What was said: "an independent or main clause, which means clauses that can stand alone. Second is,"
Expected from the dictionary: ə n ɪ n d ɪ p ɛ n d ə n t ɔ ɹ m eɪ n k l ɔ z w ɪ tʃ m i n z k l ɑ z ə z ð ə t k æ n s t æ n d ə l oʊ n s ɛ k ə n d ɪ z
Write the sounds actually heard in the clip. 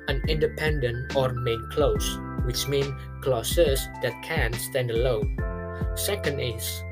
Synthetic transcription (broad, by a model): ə n ɪ n d ɪ p ɛ n d ə n t ɔ ɹ m eɪ n k l ɔ s w ɪ tʃ m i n k l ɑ s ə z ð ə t k æ n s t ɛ n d ə l oʊ n s ɛ k ə n d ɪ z